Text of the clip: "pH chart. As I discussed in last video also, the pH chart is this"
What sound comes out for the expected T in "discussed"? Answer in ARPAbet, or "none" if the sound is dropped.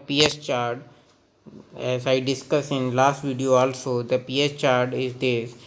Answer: none